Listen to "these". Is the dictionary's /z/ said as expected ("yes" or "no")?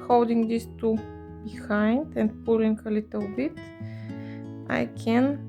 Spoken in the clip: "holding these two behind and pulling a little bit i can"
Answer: no